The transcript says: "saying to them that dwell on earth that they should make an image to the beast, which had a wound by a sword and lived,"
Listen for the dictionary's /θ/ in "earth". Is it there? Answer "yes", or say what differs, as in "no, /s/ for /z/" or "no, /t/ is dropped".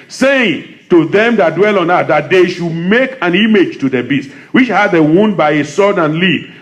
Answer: no, /t/ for /θ/